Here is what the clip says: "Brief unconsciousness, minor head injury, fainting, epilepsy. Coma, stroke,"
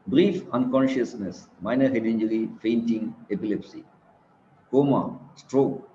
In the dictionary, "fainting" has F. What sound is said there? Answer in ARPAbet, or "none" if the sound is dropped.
F